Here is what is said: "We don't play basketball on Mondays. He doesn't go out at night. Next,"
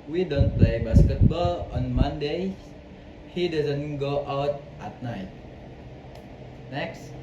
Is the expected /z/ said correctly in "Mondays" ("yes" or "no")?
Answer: no